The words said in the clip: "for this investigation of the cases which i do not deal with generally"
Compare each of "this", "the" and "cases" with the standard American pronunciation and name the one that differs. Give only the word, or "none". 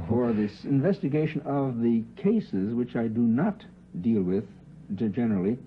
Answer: none